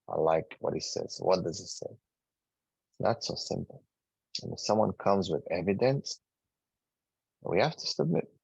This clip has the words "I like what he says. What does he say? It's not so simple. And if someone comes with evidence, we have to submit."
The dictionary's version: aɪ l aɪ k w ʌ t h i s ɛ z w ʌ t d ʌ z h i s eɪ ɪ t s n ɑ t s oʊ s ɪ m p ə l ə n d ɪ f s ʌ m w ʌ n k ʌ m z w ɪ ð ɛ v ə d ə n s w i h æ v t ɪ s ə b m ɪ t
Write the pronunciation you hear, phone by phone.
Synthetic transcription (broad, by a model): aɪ l aɪ k w ʌ t h i s ɛ z w ʌ t d ʌ z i s eɪ ɪ t s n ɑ t s oʊ s ɪ m p l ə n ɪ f s ʌ m w ʌ n k ʌ m z w ɪ ð ɛ v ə d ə n s w i h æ f t ɪ s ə b m ɪ t